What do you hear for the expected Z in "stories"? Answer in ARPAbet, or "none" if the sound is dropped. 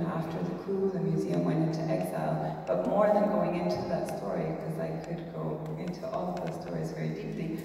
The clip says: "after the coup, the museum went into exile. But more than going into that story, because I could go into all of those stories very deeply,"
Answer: Z